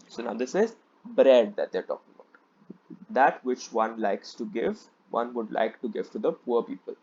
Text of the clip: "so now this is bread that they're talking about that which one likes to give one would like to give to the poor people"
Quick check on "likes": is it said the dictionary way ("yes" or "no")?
yes